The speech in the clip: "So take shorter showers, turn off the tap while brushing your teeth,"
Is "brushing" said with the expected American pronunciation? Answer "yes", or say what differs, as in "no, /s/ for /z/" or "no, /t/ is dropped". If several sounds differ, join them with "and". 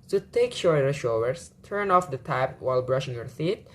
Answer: yes